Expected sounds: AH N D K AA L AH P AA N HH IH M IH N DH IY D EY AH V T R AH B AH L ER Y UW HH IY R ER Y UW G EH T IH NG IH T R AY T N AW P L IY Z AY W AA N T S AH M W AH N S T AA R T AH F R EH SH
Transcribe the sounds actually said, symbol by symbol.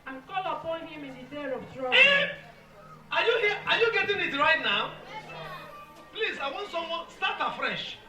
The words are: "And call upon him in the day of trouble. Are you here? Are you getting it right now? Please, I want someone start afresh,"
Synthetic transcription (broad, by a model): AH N K AA L AH P AA N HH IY M IH N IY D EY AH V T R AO AH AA Y UW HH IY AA Y UW G EH T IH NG IH T R AY T N AW P L IY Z AY W AA N T S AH M W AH N S T AA T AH F R EH SH